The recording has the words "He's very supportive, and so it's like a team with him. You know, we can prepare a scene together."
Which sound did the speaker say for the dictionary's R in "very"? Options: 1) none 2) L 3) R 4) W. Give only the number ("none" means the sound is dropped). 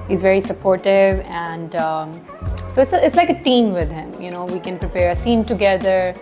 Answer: 3